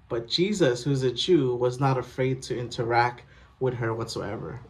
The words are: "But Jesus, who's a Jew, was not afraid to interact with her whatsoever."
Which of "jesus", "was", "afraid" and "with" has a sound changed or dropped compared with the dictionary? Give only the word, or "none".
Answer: none